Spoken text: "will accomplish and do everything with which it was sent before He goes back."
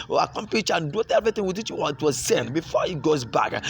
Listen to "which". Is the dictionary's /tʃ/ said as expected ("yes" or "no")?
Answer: no